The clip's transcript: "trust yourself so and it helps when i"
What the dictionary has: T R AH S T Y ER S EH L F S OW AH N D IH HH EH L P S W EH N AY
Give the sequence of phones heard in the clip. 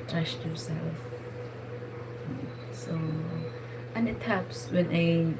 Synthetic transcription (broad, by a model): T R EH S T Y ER S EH L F S OW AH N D IH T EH P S W EH N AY